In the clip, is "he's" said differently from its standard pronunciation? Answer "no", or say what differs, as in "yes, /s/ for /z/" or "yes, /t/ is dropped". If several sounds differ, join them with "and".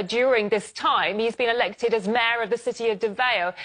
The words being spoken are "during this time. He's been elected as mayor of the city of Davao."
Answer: no